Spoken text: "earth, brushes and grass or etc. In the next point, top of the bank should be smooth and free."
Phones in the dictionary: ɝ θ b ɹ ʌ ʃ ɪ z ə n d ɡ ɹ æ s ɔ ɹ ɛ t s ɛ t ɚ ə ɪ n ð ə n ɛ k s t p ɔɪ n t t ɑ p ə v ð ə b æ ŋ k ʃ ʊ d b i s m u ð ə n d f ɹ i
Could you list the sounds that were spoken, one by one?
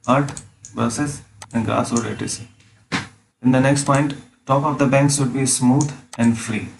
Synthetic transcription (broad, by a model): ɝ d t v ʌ s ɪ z ə n d ɡ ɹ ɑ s ɔ ɹ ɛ t ɪ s ɪ n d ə n ɛ k s t p ɔɪ n t t ɑ p ə v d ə b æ ŋ k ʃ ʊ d b i s m u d ə n d f ɹ i